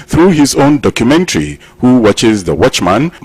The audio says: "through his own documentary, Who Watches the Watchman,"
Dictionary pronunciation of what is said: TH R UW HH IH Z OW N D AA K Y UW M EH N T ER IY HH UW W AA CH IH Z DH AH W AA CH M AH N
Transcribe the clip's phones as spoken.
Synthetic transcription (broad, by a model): TH R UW HH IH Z OW N D AA K Y UW M EH N T ER IY HH UW W AA CH IH Z DH AH W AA CH M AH N